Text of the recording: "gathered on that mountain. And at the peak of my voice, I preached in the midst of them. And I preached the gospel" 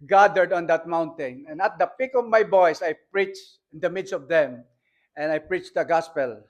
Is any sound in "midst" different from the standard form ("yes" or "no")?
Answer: no